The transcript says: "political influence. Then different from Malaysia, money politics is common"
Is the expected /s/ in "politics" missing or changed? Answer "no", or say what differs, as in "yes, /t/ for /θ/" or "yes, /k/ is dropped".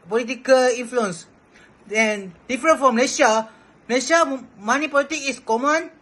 yes, /s/ is dropped